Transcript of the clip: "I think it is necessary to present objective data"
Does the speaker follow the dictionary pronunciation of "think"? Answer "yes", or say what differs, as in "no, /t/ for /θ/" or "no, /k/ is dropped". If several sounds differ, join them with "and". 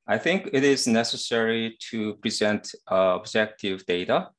yes